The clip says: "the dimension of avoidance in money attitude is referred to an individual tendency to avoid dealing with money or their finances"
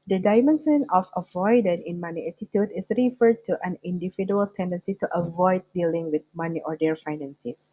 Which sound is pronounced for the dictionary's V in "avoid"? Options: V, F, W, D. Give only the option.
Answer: V